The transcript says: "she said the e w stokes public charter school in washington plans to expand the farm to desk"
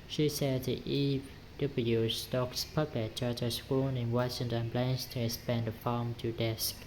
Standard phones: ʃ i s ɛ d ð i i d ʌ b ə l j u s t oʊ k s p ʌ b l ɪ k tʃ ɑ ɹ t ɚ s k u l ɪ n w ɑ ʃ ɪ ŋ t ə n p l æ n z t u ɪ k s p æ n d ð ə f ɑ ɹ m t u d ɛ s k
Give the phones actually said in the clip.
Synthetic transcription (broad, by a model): ʃ i s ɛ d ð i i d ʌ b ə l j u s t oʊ k s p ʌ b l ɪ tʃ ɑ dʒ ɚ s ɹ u n ɪ n w ɑ ʃ ɪ ŋ t ə n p l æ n s t u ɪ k s p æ n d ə f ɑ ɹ m t u d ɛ s k